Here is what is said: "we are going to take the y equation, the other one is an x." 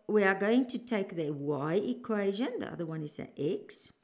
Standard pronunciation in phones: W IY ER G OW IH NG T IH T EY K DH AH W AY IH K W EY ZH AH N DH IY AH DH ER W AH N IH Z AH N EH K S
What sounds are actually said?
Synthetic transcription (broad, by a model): W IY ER G OW IH NG T IH T EY K DH AH W AY IH K W EY ZH AH N DH IY AH DH ER W AH N IH Z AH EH K S